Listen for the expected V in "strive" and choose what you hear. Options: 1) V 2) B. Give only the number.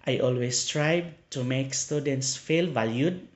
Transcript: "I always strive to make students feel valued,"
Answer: 2